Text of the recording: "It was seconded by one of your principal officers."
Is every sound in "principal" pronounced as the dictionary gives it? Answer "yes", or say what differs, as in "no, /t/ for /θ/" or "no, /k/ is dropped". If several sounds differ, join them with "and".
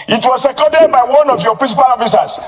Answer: no, /n/ is dropped